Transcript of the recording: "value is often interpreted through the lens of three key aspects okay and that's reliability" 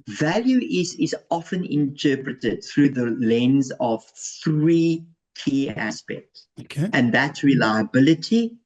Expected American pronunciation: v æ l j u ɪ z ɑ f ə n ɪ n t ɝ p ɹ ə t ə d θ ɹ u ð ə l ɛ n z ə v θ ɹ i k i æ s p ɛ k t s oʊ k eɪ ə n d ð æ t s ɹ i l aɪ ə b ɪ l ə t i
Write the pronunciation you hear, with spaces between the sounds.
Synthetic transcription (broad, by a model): v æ l j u ɪ z ɑ f ə n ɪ n t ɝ p ɹ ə t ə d θ ɹ u ð ə l ɛ n z ə v θ ɹ i k i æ s p ɛ k t s oʊ k eɪ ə n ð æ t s ɹ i l aɪ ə b ɪ l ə t i